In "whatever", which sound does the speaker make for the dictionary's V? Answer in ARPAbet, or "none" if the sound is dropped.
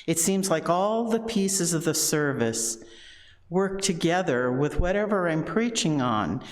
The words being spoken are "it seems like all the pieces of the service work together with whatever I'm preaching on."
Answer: V